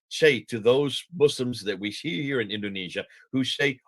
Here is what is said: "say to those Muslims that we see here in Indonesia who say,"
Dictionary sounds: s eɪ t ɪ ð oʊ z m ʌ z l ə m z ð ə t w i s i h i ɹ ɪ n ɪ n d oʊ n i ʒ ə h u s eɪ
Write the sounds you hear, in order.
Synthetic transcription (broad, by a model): s eɪ t ɪ ð oʊ z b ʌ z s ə m z ð ə t w i s i h i ɹ ɪ n ɪ n d oʊ n i ʒ ə h u s eɪ